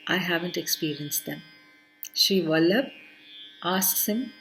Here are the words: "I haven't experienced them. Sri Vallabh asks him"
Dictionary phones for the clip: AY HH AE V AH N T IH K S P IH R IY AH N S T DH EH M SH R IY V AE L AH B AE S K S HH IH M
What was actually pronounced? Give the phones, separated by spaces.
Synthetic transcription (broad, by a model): AY HH AE V AH N T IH K S P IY R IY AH N S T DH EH M SH IY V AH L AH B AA S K S HH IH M